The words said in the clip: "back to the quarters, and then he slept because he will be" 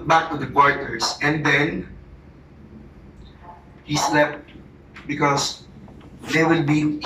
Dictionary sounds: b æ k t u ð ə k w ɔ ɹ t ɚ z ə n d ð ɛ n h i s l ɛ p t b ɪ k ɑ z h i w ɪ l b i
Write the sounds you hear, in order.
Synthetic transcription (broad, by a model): b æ k t u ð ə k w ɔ ɹ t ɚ s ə n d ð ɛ n h i s l ɛ p t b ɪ k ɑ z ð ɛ w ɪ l b i